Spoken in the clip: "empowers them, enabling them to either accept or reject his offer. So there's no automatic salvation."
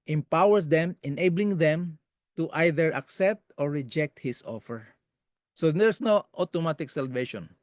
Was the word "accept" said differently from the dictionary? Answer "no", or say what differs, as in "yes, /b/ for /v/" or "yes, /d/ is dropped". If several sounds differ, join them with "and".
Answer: no